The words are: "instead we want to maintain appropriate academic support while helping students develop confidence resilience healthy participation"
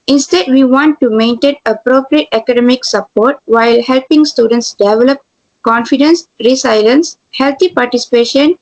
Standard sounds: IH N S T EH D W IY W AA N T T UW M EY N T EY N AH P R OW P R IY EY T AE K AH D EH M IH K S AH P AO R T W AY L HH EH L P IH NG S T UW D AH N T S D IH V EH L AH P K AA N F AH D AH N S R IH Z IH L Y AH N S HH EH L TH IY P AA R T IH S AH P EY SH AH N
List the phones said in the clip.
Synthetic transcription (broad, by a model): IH N S T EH D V IY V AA N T T UW M EY N T EY N AH P R OW P R IY EY T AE K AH D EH M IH K S AH P AO R T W AY L HH EH L P IH NG S T UW D AH N T S D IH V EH L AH P K AA N F AH D AH N S R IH S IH L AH N S HH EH L T IY P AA R T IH S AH P EY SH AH N